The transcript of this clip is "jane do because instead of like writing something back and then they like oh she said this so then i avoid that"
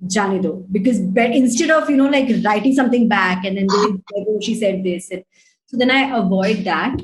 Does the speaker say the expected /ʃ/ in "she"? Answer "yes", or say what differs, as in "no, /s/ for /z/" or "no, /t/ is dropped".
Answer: yes